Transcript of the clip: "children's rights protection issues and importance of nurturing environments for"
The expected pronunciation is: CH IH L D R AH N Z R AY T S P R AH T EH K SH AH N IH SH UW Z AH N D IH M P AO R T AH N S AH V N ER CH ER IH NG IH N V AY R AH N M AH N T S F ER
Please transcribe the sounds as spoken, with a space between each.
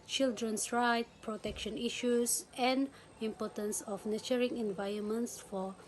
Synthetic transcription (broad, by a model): CH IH L D R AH N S R AY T P R AH T EH K SH AH N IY SH UW S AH N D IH M P AO T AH N S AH F N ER CH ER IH NG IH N V AY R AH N M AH N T S F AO